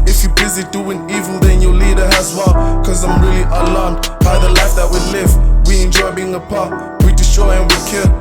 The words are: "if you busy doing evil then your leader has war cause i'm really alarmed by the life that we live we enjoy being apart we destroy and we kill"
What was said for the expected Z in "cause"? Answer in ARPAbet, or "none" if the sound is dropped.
Z